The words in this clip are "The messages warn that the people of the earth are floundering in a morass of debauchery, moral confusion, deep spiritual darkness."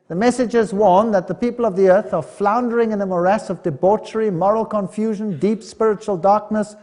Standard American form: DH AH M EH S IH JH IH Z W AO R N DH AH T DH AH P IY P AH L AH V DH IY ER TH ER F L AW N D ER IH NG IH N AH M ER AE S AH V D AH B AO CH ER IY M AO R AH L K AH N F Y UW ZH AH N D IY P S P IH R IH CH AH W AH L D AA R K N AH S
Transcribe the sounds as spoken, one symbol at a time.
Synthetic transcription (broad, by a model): DH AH M EH S IH JH IH Z W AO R N DH AH T DH AH P IY P AH L AH V DH IY ER TH ER F L AW N D ER IH NG IH N AH M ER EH S AH V D AH B AO CH ER IY M AO R AH L K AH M F Y UW ZH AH N D IY P S P IH R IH CH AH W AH L D AA R K N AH S